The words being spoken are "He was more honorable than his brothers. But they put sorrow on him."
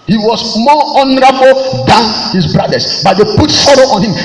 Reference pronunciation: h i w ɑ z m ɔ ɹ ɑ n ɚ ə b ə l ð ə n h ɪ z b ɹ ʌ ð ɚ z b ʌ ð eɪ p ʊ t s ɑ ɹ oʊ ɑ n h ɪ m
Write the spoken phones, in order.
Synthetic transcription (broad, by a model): h i w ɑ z m ɔ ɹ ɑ n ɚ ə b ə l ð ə n h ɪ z b ɹ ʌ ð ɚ s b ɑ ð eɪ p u t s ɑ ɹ oʊ ɑ n h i m